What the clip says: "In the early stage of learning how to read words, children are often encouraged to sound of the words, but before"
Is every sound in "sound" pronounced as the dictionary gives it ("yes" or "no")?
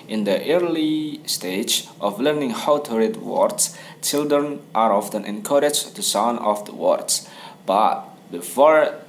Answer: no